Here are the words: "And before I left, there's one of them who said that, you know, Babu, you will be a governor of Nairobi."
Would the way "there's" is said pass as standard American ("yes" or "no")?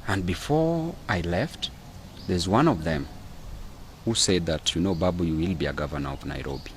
yes